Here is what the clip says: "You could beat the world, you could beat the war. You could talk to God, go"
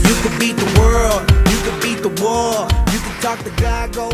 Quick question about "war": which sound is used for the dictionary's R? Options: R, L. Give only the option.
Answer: L